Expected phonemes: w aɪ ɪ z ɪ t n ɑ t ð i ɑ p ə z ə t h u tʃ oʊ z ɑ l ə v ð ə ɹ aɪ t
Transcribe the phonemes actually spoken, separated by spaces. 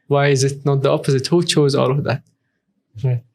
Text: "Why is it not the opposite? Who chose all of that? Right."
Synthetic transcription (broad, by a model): w aɪ ɪ z ɪ t n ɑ t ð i ɑ p ə z ə t h u tʃ oʊ z ɑ l ə v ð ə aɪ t